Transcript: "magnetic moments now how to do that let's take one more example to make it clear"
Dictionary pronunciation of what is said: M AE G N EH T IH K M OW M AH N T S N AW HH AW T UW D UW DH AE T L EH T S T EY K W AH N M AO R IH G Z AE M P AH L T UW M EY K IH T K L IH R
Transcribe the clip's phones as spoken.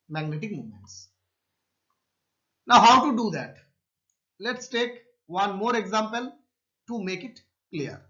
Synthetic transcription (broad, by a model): M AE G N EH T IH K M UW M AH N T S N AW HH AW T UW D UW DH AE T L EH T S T EY K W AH N M AO R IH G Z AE M P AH L T UW M EY K IH T K L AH R